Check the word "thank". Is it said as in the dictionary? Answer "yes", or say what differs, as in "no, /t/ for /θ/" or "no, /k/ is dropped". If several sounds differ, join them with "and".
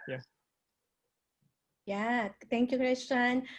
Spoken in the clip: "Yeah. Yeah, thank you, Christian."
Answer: no, /t/ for /θ/